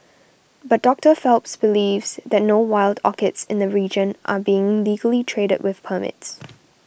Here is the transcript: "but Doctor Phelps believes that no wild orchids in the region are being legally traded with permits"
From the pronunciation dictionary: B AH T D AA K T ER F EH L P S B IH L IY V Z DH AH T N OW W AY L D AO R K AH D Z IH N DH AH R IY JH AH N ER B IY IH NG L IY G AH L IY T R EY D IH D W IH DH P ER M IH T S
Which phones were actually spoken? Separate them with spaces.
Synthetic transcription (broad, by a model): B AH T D AA K T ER F EH L P S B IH L IY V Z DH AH T N OW W AY L D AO K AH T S IH N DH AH R IY JH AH N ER B IY IH NG L IY G AH L IY T R EY D IH D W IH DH P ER M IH T S